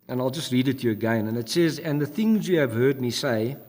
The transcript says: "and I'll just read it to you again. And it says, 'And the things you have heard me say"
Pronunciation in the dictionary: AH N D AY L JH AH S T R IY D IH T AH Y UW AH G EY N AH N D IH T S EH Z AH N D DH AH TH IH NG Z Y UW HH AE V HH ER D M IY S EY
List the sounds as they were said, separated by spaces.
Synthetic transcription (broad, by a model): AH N AY L JH AH S T R IY D IH T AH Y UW AH G EY N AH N IH T S EH Z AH N DH AH TH IH NG Z Y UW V HH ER D M IY S EY